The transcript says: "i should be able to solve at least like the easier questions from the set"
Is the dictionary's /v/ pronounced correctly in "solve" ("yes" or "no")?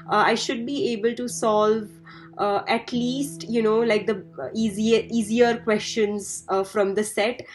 yes